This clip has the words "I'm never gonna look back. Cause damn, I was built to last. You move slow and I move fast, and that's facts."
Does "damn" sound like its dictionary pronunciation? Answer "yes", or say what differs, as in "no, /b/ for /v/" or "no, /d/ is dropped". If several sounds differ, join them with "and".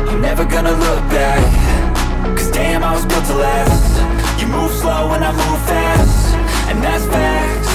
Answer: yes